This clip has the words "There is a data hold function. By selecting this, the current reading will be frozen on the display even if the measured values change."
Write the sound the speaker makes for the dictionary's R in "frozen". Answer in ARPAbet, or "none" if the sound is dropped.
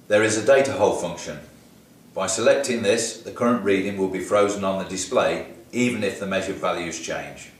R